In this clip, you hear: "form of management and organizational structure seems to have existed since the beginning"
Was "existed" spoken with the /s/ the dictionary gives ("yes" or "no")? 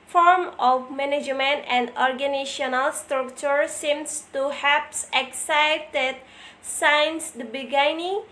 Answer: no